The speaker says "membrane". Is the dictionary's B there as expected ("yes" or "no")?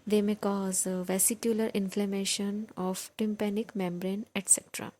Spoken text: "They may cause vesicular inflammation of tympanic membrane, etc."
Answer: yes